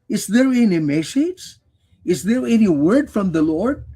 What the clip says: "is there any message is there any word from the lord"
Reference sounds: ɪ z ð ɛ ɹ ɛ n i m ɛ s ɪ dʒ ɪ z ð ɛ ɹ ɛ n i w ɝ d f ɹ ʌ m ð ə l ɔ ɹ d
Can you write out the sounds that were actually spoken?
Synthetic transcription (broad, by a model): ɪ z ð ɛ ɹ ɛ n i m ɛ ʃ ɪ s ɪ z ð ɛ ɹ ɛ n i w ɝ d f ɹ ʌ m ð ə l ɔ ɹ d